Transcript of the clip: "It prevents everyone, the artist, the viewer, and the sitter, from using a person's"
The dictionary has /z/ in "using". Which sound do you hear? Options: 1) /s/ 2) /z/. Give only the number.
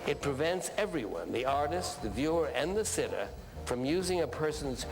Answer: 2